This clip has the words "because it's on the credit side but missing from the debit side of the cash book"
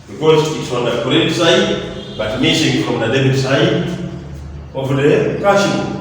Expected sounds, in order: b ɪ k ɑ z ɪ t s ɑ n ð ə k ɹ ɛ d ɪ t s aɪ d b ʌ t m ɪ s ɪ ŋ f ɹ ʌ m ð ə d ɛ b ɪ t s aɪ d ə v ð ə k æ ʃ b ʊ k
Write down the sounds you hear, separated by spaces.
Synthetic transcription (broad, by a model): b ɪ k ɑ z ɪ t s ɑ n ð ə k ɔ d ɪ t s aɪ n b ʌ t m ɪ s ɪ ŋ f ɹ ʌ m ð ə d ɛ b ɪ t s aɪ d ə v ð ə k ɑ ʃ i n